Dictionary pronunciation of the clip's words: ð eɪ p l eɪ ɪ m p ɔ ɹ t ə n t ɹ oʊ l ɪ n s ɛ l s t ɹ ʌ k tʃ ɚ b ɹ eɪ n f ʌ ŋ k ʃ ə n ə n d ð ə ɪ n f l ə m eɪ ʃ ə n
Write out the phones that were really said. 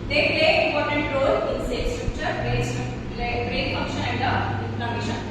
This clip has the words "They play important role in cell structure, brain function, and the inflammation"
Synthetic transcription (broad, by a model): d eɪ p l eɪ ɪ m p ɔ ɹ t ə n t ɹ oʊ l ɪ n s ɛ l s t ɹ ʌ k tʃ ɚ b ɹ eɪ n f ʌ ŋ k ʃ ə ə n d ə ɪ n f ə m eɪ ʃ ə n